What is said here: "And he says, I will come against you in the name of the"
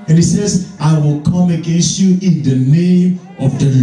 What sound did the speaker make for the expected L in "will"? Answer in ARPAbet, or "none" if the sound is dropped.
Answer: L